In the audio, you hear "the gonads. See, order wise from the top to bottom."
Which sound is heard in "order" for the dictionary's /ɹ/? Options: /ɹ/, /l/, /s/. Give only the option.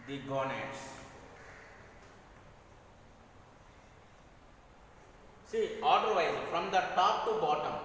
/l/